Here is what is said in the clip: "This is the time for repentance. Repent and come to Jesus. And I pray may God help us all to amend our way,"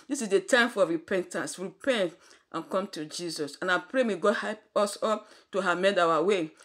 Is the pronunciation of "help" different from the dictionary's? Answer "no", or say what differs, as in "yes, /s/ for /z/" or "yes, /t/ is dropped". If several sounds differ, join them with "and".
yes, /l/ is dropped